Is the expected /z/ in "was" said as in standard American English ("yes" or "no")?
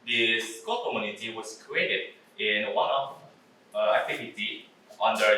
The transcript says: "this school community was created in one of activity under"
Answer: no